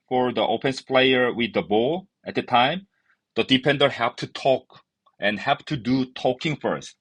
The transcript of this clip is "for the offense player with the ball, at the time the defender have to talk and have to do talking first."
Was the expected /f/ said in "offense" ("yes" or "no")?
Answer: no